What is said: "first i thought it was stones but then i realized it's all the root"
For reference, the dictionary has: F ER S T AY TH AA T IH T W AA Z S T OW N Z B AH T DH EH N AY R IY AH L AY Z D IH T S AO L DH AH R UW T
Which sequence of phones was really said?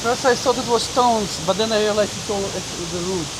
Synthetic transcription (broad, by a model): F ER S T AY S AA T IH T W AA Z S T OW N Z B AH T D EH N AY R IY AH L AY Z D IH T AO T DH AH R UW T